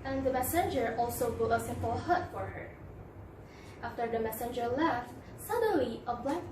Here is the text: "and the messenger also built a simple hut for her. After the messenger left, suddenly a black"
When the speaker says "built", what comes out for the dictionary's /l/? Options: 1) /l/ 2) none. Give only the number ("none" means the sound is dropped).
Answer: 2